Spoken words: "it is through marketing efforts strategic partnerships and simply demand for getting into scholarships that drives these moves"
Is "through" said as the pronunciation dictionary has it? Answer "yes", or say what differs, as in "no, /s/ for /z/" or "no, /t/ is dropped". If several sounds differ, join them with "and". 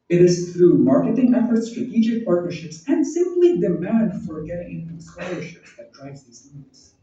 yes